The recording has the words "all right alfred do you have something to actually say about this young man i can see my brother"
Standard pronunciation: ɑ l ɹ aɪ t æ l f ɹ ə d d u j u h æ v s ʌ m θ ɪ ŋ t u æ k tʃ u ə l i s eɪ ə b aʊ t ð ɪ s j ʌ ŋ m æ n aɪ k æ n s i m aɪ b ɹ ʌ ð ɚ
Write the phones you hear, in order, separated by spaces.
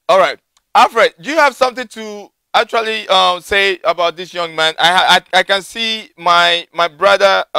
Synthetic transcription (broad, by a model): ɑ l ɹ aɪ t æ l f ɹ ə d d u j u h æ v s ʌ m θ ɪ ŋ t u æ tʃ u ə l i s eɪ ə b aʊ t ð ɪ s j ʌ ŋ m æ n aɪ k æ n s i m aɪ b ɹ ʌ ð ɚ